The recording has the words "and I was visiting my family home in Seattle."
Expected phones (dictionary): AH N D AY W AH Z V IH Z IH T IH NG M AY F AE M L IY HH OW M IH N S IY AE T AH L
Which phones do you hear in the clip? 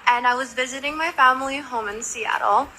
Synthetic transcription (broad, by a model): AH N AY W AH Z V IH Z IH T IH NG M AY F AE M L IY HH OW M IH N S IY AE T L